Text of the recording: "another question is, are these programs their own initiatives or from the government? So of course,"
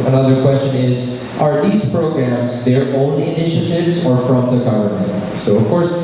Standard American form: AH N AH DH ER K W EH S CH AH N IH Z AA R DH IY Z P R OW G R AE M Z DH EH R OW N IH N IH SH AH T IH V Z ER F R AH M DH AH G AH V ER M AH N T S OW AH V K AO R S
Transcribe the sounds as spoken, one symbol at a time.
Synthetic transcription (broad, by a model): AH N AH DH ER K W EH S CH AH N IH Z AA R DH IY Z P R OW G R AE M Z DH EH R OW N IH N IH SH AH T IH V Z ER F R AH M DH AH G AH V ER M AH N T S OW AH V K AO R S